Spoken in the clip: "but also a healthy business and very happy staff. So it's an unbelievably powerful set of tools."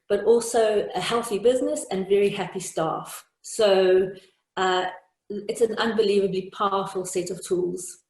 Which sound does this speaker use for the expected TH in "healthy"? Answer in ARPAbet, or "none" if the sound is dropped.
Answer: TH